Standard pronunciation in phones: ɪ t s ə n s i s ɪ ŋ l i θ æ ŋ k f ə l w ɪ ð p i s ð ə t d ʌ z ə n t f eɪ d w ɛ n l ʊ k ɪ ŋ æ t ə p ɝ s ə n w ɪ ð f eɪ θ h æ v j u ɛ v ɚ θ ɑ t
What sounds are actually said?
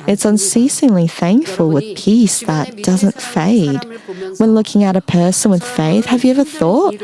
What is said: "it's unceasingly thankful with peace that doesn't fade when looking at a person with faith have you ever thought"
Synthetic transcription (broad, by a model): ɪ t s ə n s i s ɪ ŋ l i θ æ ŋ k f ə l w ɪ ð p i s ð ə t d ʌ z ə n t f eɪ d w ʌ n l ʊ k ɪ ŋ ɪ t ə p ɝ s ə n w ɪ ð f eɪ θ h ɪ v j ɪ ɛ v ɚ θ ɑ t